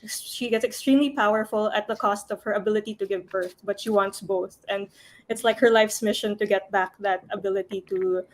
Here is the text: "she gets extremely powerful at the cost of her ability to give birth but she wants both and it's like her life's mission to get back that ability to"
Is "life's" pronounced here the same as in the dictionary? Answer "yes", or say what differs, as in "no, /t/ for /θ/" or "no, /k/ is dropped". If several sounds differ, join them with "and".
yes